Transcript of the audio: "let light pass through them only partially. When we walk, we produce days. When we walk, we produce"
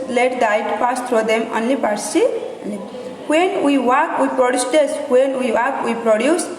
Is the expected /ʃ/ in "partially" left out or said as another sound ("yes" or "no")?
yes